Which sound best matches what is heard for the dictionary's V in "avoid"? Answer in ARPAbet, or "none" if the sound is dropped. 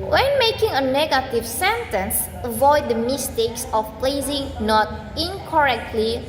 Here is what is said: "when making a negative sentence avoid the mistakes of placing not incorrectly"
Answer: V